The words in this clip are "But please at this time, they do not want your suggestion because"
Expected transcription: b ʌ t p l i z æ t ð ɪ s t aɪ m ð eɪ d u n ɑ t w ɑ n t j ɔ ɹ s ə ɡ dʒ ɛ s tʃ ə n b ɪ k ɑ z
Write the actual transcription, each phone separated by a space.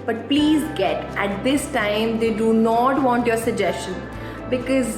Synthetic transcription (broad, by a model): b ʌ t p l i z æ t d ɪ s t aɪ m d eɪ d u n ɑ t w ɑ n t j ɔ ɹ s ə ɡ dʒ ɛ s tʃ ə n b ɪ k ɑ z